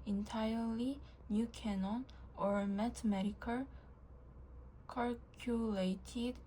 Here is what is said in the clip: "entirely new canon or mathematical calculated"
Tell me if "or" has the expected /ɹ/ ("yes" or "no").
yes